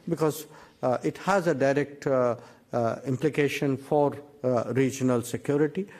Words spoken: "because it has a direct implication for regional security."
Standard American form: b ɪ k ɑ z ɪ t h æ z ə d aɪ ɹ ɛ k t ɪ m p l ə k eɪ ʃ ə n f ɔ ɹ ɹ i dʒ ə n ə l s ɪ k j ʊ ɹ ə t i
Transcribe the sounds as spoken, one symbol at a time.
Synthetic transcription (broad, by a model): b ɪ k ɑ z ɪ t h æ z ə d aɪ ɹ ɛ k t ɪ m p l ə k eɪ ʃ ə n f ɔ ɹ ɹ i dʒ ə n ə l s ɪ k j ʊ ɹ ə t i